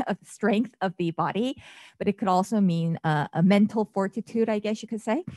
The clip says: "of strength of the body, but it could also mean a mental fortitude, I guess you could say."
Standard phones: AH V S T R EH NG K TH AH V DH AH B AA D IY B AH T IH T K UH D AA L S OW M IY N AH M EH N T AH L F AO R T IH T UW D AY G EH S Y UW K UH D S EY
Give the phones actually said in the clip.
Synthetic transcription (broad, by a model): AH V S T R EH NG K TH AH V DH AH B AA D IY B AH T IH T K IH D AA L S OW M IY N AH M EH N T L F AO R T IH T UW D AY G EH S Y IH K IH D S EY